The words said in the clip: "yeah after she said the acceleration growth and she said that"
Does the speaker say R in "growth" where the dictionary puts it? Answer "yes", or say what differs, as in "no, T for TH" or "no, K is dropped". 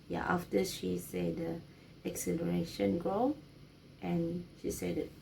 no, R is dropped